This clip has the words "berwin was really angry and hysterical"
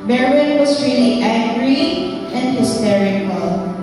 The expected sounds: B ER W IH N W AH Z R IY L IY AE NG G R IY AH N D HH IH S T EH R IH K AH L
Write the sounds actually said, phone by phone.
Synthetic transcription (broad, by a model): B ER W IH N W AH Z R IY L IY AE G R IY AH N D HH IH S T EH R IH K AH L